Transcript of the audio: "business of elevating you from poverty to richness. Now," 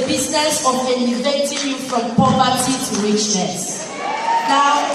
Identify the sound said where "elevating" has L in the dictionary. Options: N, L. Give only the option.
N